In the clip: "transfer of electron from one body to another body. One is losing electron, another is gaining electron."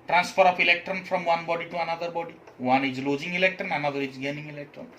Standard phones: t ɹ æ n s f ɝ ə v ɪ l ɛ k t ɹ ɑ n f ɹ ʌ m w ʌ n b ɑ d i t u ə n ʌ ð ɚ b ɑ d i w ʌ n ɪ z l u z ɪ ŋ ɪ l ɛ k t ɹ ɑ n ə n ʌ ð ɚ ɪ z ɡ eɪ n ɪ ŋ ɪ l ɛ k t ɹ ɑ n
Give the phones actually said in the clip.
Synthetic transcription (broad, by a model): t ɹ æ n s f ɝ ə p ɪ l ɛ k t ɹ ɑ n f ɹ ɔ m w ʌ n b ɑ d i t u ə n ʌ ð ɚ b ɑ d i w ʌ n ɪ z l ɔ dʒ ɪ ŋ ɪ l ɛ k t ɹ ɑ n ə n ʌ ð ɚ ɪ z ɡ eɪ n ɪ ŋ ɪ l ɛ k t ɹ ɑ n